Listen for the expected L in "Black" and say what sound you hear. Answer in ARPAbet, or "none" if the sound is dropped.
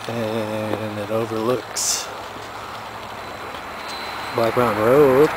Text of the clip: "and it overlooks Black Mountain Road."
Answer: none